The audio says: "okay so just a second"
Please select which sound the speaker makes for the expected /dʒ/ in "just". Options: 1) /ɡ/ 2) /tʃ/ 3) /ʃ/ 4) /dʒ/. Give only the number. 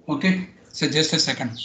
4